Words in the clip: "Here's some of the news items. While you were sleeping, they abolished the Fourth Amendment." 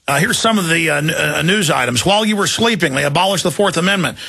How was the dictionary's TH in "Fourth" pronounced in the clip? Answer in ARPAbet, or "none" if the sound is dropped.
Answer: TH